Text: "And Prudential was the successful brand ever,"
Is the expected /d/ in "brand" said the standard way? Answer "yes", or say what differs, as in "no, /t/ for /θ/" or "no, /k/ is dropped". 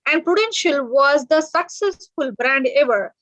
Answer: yes